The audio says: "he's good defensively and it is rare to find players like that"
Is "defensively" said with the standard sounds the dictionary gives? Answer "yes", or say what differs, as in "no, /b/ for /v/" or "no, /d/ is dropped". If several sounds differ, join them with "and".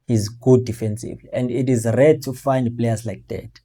no, /l/ is dropped